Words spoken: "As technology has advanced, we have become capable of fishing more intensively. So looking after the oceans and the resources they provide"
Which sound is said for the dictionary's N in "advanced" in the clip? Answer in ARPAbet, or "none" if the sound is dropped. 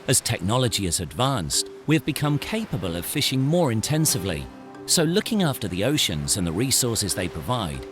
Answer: N